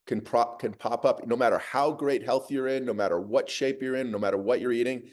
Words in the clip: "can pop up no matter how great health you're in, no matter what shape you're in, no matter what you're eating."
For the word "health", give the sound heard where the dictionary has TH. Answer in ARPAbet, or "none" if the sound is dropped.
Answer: TH